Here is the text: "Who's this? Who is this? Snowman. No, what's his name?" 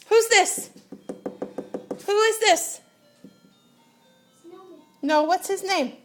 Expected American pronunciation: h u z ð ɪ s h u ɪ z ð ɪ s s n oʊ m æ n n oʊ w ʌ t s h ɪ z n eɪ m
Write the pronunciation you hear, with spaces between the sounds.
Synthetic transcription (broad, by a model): h u z ð ɪ s h u ɪ z ð ɪ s s n oʊ ʊ w ʌ t s h ɪ z n eɪ m